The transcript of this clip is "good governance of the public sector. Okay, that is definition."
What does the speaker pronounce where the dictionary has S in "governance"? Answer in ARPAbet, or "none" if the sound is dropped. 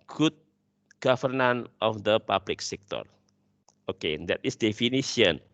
none